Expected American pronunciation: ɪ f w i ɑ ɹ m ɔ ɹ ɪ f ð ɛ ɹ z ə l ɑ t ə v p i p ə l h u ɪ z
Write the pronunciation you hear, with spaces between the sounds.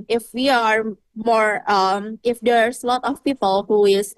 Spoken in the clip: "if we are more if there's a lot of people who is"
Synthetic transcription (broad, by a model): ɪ f w i ɑ ɹ m ɔ ɹ ɪ f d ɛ ɹ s l ɑ t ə f p i p ə l h u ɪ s